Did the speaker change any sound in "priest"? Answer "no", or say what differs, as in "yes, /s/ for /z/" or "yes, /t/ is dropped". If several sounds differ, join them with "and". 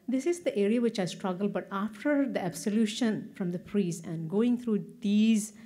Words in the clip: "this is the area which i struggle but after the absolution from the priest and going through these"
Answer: yes, /t/ is dropped